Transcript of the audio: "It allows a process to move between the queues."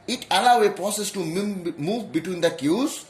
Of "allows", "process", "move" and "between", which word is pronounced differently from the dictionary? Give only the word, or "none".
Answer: allows